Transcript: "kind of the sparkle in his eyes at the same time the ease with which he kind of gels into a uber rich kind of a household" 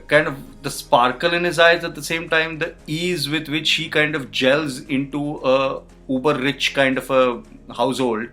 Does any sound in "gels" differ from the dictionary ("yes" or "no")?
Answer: no